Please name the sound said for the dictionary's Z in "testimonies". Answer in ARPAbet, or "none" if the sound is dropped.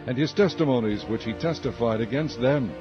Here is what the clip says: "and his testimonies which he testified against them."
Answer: Z